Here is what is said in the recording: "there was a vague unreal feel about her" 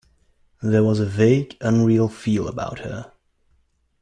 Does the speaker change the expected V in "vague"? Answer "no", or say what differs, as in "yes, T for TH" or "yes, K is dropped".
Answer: no